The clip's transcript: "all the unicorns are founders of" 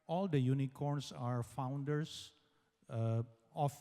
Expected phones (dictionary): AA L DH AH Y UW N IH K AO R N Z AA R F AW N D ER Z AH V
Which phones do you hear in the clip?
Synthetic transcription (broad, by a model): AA L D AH Y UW N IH K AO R N S AA R F AW N D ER S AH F